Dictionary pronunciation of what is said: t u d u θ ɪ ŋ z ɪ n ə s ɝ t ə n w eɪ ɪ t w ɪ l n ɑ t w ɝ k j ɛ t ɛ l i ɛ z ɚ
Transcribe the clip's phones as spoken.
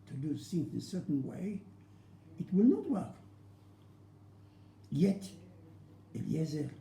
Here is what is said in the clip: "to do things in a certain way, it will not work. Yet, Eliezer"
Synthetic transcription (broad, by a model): t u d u s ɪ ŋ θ ɪ n s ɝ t n w eɪ ɪ t w ɪ l n ɑ t w ɝ k j ɛ t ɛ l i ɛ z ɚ